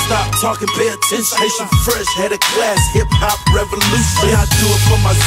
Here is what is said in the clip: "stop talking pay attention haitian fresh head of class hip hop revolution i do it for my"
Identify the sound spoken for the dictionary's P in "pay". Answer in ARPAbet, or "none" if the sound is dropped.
B